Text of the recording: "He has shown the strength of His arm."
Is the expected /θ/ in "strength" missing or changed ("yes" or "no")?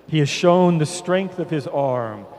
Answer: no